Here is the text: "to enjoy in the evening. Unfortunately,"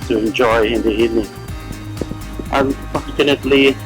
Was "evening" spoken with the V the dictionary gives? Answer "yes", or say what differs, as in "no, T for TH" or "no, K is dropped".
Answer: no, V is dropped